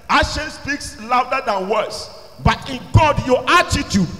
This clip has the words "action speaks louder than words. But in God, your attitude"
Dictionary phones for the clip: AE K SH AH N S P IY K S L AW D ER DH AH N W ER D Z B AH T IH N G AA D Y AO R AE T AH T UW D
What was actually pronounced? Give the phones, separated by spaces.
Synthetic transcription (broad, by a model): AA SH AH N S P IY K S L AW D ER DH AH N W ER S B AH T IH N G AA D Y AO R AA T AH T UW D